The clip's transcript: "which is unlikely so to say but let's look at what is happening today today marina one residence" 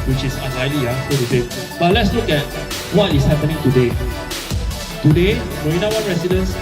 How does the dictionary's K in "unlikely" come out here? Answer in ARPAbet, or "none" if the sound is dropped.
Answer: none